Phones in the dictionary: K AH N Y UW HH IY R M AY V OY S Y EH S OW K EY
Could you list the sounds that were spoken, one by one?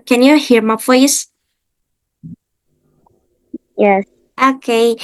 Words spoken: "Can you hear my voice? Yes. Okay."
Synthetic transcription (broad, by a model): K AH N Y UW HH IY R M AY F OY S Y EH S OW K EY